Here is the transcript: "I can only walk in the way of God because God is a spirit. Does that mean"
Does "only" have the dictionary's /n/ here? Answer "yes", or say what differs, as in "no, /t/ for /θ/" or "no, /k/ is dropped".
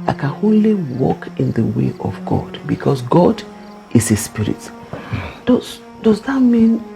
no, /n/ is dropped